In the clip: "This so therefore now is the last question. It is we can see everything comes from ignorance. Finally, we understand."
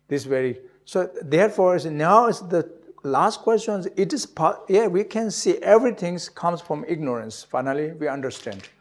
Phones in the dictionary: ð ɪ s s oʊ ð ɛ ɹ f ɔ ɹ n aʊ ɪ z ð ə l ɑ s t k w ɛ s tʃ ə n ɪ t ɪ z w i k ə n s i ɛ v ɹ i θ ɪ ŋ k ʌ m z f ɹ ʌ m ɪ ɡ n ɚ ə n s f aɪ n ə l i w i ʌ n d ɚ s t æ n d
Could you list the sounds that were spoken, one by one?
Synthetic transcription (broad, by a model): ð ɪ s s oʊ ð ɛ ɹ f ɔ ɹ n aʊ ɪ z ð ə l ɑ s t k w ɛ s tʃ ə n ɪ t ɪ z w i k ə n s i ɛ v ɹ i t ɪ ŋ k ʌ m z f ɹ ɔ m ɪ ɡ n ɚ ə n s f aɪ n ə l i w i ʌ n d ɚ s t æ n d